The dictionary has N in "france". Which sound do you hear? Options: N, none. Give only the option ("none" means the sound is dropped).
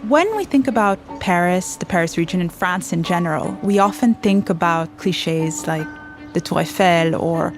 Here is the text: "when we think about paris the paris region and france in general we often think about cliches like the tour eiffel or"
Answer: N